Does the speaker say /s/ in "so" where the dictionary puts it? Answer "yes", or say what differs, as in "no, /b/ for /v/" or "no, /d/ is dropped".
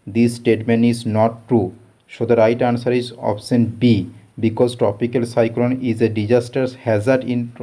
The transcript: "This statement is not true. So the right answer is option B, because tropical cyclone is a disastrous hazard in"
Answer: no, /ʃ/ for /s/